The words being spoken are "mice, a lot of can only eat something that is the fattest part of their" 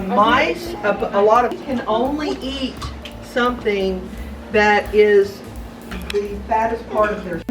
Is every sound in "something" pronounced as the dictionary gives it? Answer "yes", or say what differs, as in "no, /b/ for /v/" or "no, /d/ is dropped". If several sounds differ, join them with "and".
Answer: yes